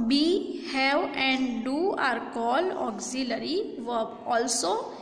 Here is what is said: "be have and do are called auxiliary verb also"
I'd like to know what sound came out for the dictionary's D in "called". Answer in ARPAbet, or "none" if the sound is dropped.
none